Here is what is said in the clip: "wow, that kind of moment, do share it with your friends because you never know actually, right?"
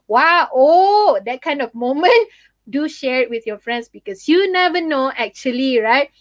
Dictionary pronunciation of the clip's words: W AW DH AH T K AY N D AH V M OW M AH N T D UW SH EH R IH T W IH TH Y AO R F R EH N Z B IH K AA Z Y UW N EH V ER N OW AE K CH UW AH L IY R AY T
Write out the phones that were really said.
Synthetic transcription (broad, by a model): W AW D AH T K AY N D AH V M OW M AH N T D UW SH EH R IH T W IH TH Y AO F R EH N S B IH K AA S Y UW N EH V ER N OW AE K CH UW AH L IY R AY T